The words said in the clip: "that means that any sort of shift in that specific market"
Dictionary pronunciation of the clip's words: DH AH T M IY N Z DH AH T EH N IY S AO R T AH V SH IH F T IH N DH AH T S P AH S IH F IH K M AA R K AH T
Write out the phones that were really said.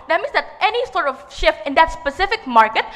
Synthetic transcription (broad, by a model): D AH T M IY N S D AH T EH N IY S AO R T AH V SH IH F T IH N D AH T S P AH S IH F IH K M AA R K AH T